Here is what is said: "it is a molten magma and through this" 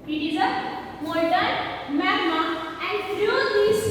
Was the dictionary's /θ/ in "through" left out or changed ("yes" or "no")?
yes